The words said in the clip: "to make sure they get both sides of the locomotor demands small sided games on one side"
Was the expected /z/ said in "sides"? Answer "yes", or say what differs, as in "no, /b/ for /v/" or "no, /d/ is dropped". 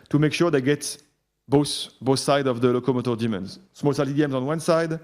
no, /z/ is dropped